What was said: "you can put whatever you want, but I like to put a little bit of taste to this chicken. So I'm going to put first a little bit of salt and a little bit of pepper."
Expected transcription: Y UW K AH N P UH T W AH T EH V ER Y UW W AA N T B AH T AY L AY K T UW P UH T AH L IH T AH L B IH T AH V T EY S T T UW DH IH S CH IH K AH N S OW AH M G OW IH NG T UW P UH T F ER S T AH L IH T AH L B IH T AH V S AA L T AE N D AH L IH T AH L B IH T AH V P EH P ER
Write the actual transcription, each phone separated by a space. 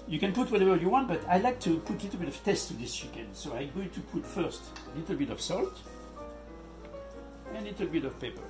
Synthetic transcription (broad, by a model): Y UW K AH N P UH T W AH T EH V ER Y UW W AA N T B AH T AY L AY K T UW P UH T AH L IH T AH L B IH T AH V T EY S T T UW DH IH S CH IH K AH N S OW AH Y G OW T UW P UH T F ER S T AH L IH T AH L B IH T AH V S AA L T AH L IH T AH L B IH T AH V P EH P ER